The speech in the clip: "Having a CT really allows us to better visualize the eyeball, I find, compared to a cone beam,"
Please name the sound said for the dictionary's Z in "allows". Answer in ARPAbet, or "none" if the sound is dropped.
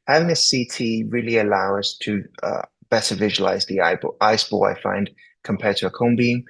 none